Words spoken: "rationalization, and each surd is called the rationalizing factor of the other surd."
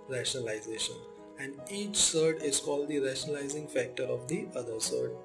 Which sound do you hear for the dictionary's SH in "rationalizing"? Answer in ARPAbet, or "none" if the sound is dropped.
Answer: SH